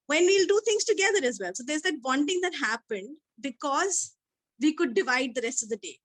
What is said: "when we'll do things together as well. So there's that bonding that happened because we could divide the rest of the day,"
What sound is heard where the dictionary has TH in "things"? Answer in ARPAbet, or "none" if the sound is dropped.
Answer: T